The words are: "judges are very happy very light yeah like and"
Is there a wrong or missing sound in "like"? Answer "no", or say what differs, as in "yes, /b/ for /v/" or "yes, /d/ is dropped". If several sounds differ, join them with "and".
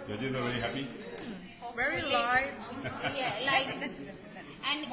yes, /k/ is dropped